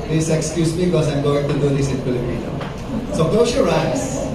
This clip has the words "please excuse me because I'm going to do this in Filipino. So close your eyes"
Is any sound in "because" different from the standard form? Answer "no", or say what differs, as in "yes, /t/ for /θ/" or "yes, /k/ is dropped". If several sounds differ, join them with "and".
yes, /z/ is dropped